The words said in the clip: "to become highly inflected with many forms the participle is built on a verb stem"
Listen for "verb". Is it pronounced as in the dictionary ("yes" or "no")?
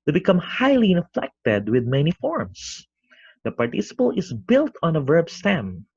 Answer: yes